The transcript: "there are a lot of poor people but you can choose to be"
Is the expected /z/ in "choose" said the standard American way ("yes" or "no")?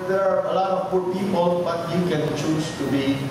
no